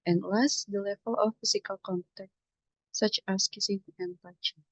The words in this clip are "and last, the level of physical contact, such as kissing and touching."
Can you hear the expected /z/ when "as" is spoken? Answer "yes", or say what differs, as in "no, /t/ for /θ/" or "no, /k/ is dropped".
no, /s/ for /z/